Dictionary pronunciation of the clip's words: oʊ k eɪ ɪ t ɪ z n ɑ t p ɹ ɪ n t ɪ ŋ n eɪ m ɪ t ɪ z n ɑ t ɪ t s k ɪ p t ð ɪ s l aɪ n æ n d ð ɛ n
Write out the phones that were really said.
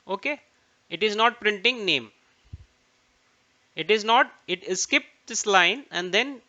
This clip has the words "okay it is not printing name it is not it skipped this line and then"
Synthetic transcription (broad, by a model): oʊ k eɪ ɪ t ɪ z n ɑ t p ɹ ɪ n t ɪ ŋ n eɪ m ɪ t ɪ z n ɑ t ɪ t s k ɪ p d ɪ s l aɪ n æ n d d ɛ n